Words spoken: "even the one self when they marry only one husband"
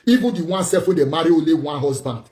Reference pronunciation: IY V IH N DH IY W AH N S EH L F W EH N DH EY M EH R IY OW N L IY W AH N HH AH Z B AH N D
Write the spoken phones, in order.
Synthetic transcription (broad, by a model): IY V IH N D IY W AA N S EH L F W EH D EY M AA R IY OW L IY W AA N HH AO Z B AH N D